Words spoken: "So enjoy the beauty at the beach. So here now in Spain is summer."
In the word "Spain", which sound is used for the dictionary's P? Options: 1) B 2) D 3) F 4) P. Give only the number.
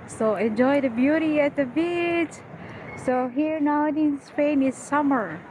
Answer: 3